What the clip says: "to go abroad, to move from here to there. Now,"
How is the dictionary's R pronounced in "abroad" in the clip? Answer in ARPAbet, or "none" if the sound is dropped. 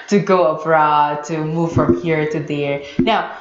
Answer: R